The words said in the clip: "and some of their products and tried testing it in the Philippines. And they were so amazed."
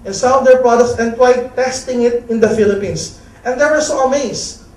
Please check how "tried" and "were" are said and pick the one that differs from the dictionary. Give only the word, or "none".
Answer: tried